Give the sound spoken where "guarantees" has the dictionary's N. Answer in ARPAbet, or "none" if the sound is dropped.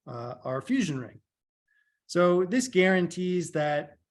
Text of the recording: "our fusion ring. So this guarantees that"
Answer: N